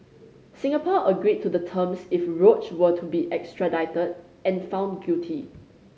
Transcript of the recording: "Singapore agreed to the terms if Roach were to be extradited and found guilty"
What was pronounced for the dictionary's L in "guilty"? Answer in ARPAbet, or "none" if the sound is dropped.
none